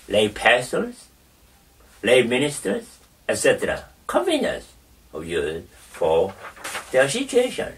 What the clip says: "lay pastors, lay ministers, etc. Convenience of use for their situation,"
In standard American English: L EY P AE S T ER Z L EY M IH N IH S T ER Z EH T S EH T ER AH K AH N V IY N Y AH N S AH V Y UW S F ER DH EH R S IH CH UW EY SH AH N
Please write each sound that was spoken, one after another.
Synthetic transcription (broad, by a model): L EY P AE S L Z L EY M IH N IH S T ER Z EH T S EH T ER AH K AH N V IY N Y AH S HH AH Y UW F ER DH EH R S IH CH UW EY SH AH N